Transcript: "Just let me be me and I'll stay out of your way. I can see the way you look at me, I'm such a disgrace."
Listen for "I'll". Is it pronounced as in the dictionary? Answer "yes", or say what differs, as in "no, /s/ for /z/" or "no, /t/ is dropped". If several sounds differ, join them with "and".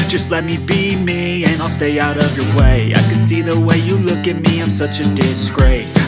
yes